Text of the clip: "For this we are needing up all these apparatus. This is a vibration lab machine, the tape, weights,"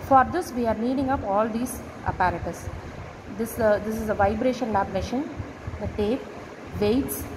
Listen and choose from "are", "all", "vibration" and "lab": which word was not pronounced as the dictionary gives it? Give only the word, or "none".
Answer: none